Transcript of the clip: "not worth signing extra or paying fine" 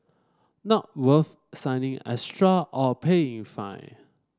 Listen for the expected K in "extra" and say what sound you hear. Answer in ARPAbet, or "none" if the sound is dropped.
none